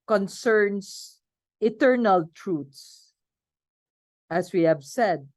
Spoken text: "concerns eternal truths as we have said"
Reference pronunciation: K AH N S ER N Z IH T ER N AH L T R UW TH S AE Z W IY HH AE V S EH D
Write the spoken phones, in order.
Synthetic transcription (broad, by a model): K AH N S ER N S IH T ER N AH L T R UW T S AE S W IY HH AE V S EH D